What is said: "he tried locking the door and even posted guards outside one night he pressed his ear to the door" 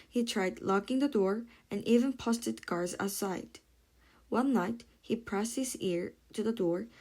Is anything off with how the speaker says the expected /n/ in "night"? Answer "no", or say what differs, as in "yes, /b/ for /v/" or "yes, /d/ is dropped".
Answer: no